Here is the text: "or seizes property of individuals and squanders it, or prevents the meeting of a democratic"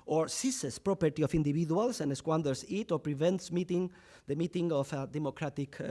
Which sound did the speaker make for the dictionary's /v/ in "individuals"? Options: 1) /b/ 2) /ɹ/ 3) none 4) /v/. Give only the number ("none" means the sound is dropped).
1